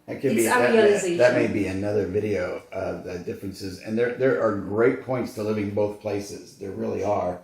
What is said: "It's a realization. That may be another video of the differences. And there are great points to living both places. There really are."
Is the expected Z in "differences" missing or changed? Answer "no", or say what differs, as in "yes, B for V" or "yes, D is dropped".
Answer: no